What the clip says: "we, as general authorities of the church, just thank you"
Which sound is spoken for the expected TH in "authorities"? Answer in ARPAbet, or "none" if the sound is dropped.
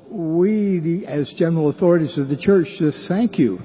TH